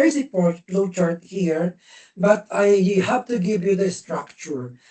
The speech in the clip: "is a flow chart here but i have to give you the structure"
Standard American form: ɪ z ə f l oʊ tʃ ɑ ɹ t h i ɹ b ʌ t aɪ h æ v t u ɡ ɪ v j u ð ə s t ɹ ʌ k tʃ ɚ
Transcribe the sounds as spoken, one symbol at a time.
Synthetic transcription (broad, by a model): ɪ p ə p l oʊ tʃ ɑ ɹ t h i ɹ b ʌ t aɪ h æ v t u ɡ ɪ v j u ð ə s t ɹ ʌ k tʃ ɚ